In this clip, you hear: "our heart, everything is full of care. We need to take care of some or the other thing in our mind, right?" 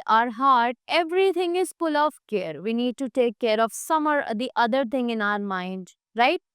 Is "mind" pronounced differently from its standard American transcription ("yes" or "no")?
no